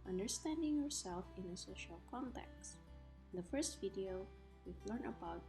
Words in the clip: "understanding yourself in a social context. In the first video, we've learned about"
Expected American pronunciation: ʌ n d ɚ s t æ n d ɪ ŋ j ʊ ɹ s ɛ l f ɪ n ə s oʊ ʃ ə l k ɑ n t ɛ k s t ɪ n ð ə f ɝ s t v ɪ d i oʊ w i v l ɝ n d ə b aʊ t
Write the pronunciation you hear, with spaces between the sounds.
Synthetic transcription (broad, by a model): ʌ n d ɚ s t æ n d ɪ ŋ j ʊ ɹ s ɛ l f ɪ n ə s oʊ ʃ ə l k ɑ n t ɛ k s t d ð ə f ɝ s t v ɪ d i oʊ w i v l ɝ n ə b aʊ t